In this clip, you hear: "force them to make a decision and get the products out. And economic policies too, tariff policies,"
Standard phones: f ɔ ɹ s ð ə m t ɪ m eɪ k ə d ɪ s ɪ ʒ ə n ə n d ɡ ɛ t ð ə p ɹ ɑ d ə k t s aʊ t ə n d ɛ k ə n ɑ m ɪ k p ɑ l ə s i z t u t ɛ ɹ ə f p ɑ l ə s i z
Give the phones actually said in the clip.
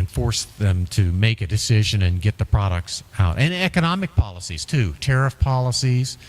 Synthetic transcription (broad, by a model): f ɔ ɹ s ð ə m t ɪ m eɪ k ə d ɪ s ɪ ʒ ə n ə n ɡ ɛ t ð ə p ɹ ɑ d ə k t s aʊ t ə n ɛ k ə n ɑ m ɪ k p ɑ l ə s i z t u t ɛ ɹ ə f p ɑ l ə s i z